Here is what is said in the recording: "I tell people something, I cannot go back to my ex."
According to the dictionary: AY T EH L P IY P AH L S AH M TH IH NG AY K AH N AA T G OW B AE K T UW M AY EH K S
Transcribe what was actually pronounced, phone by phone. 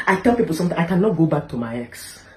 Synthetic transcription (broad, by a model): AY T EH L P IY P AH L S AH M T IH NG AY K AH N AA T G OW B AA K T UW M AY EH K S